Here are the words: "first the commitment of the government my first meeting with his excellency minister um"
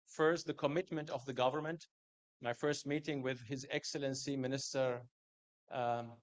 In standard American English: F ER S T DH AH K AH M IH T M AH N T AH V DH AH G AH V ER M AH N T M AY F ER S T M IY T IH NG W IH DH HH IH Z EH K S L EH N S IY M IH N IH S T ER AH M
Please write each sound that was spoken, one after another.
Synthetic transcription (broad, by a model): F ER S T DH AH K AH M IH T M AH N T AH V DH AH G AH V ER M AH N T M AY F ER S T M IY T IH NG W IH DH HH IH Z EH K S L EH N S IY M IH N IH S T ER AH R